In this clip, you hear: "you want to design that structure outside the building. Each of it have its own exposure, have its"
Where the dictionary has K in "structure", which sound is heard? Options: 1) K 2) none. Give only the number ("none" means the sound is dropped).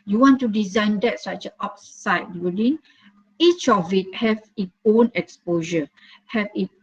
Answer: 2